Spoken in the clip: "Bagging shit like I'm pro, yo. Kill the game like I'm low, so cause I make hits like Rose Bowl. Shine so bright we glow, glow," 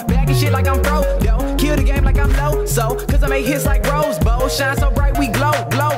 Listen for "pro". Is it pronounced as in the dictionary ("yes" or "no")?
no